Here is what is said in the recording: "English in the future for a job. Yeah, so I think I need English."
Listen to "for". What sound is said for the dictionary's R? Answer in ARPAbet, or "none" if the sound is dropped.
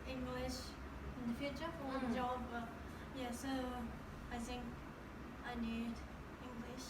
W